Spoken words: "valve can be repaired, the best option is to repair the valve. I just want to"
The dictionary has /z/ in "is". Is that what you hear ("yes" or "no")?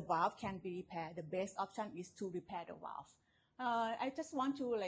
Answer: no